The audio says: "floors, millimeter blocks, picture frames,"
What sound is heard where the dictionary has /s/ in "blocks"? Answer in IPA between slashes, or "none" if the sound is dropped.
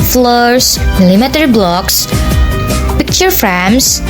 /s/